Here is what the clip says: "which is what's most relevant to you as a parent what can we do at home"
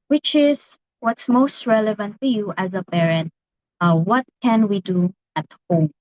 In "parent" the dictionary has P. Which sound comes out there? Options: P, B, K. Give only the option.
B